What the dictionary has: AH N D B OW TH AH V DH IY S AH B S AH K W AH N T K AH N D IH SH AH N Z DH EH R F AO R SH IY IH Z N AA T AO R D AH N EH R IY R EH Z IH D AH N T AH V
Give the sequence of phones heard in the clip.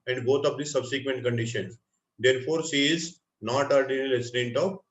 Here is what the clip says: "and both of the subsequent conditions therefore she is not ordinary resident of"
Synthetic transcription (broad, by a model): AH N D B OW T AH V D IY S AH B S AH K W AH N T K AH N D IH SH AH N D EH R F AO R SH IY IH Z N AA T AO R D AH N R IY L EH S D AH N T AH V